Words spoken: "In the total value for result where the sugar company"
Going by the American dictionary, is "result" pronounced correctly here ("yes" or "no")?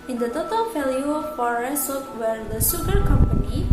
no